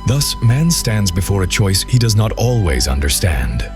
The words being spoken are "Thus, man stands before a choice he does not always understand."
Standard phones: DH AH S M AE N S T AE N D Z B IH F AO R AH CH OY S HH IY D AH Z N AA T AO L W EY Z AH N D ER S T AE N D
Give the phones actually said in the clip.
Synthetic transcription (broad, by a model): DH AH S M AE N S T AE N D Z B IH F AO R AH CH OY S HH IY D AH Z N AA T AO L W EY Z AH N D ER S T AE N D